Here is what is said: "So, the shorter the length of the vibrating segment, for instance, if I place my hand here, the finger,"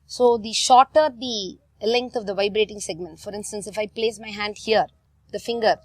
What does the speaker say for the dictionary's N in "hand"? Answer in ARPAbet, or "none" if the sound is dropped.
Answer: N